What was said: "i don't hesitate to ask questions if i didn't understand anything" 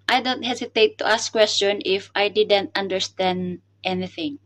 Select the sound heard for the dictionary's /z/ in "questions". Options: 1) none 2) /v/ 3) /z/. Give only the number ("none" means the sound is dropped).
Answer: 1